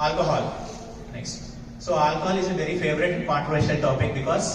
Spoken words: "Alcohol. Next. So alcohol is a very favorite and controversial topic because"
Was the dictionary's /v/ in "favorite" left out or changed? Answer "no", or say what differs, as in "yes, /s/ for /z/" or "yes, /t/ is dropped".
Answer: no